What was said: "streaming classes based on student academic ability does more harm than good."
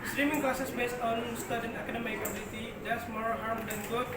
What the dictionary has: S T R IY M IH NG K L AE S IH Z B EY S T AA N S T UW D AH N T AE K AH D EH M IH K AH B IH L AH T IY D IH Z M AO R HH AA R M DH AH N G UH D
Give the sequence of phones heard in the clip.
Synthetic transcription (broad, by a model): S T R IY M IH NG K AH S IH S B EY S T AA N S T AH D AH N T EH K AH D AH M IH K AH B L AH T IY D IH S M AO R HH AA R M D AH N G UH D